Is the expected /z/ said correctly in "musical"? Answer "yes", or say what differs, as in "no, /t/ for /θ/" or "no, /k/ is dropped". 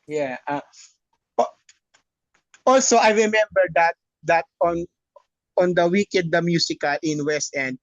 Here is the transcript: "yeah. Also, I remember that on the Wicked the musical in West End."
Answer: no, /s/ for /z/